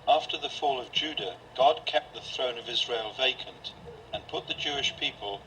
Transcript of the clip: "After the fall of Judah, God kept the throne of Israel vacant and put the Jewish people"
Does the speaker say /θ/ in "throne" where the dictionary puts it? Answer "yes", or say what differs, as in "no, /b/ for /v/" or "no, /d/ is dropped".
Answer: yes